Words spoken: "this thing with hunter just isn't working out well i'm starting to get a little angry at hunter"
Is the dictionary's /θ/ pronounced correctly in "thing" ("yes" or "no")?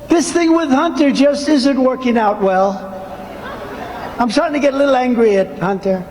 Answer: yes